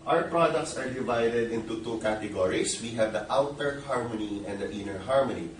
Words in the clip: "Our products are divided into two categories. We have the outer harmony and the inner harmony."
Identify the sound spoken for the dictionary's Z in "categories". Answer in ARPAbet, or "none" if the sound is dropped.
S